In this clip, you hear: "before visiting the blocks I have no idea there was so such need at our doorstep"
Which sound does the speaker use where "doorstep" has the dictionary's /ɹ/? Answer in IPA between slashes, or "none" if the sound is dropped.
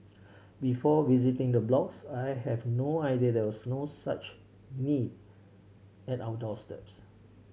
/l/